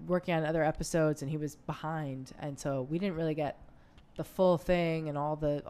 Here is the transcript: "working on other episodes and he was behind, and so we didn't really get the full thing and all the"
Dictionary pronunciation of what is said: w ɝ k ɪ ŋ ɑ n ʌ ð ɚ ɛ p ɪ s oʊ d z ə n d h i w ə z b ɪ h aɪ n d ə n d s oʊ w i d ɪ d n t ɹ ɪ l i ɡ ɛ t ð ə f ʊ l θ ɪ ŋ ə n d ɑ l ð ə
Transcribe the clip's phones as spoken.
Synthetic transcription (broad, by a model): w ɝ k ɪ ŋ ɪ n ʌ ð ɚ ɛ p ɪ s oʊ d z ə n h i w ə z b ɪ h aɪ n d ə n s oʊ w i d ɪ d n t ɹ ɪ l i ɡ ɛ t ð ə f ʊ l θ ɪ ŋ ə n ɑ l ð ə